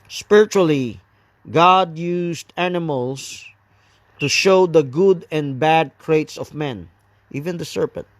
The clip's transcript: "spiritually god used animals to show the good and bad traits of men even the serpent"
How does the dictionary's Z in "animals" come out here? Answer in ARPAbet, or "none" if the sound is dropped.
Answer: S